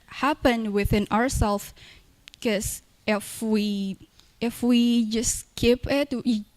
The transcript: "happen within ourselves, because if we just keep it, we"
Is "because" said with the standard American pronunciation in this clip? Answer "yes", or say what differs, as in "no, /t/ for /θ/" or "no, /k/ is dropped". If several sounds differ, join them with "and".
no, /z/ is dropped